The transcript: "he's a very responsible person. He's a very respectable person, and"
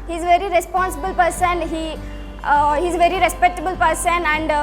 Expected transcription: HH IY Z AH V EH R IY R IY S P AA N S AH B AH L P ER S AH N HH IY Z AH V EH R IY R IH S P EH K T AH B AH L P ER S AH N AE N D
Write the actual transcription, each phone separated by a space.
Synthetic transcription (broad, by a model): HH IY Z V EH R IY R IY S P AA N S AH B AH L P ER S AH N HH IY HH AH V EH R IY R IH S P EH K T AH B AH L P ER S AH N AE N D